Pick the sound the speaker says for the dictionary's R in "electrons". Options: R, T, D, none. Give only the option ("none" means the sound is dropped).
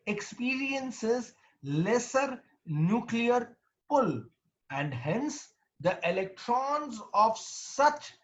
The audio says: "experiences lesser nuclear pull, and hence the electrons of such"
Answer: R